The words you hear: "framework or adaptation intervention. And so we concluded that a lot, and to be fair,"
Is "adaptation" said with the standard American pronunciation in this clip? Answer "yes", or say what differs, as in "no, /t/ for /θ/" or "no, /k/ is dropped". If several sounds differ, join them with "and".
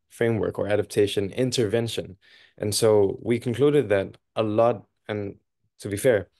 yes